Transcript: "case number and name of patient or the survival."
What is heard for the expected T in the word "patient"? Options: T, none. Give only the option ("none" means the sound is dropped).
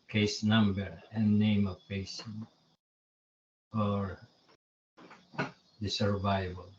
none